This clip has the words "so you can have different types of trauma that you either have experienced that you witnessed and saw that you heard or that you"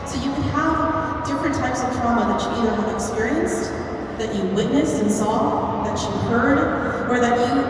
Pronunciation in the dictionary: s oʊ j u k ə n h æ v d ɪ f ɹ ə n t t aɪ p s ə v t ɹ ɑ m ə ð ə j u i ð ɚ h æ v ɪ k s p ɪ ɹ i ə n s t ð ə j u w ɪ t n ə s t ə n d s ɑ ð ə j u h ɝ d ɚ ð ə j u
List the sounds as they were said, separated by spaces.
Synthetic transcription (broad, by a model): s oʊ j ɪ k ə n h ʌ v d ɪ f ɹ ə n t t aɪ p s ə v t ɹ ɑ m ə ð ə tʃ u i ð ɚ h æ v ɪ k s p ɪ ɹ i ə n s t ð ə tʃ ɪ w ɪ t n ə s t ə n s ɑ ð ə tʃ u h ɝ d ɚ ð ə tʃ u